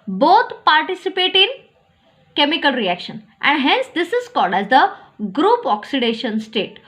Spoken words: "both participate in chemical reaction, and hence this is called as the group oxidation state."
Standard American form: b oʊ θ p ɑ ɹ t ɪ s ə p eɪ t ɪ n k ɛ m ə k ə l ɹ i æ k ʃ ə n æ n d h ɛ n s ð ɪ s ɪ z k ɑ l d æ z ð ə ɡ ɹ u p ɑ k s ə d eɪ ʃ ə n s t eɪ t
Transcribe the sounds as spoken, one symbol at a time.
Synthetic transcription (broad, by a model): b oʊ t p ɑ ɹ t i s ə p eɪ t ɪ n k ɛ m ə k ə l ɹ i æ k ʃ ə n æ n d h ɛ n s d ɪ s ɪ z k ɑ l d æ z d ə ɡ ɹ u p ɑ k s ə d eɪ ʃ ə n s t eɪ t